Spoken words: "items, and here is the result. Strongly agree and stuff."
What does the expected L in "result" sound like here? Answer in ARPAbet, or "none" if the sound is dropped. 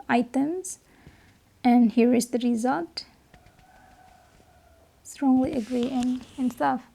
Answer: L